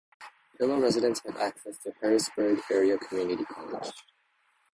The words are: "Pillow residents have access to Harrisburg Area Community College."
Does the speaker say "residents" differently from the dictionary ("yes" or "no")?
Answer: no